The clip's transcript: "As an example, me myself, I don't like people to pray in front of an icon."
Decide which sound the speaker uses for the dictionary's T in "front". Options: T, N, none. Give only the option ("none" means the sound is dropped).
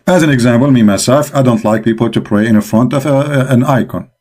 T